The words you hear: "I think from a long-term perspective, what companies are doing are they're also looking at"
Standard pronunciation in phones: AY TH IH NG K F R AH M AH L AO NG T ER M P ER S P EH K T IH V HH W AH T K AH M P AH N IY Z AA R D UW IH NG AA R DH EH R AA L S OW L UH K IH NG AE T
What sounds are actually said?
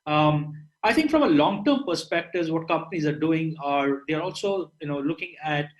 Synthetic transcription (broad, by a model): AY T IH NG K F R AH M AH L AO NG T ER M P ER S P EH K T IH V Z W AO T K AH M P AH N IY Z AA R D UW IH NG AA R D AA R AA L S OW L UH K IH NG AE T